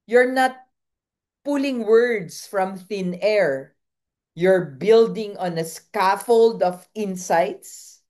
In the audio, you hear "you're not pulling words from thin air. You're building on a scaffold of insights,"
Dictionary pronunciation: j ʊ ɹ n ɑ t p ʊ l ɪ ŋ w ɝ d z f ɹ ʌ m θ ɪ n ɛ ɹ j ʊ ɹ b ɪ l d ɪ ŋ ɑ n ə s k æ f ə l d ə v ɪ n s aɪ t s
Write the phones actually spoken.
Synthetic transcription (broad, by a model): j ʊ ɹ n ɑ t p ʊ l ɪ ŋ w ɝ d s f ɹ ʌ m θ ɪ n ɛ ɹ j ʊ ɹ b ɪ l d ɪ ŋ ɑ n ə s k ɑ f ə l d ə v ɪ n s aɪ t s